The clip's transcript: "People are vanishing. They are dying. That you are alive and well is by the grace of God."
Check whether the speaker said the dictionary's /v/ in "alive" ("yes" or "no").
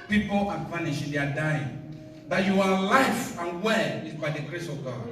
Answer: no